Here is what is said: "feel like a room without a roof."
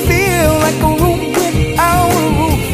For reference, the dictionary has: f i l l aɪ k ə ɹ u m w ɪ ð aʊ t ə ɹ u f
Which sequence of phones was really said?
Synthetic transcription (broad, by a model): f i l l aɪ k ə ɹ u m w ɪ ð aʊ ə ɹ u